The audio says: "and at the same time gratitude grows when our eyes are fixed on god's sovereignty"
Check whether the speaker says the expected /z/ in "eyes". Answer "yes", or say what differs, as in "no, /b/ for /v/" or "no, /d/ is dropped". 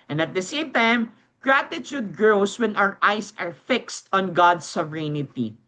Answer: no, /s/ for /z/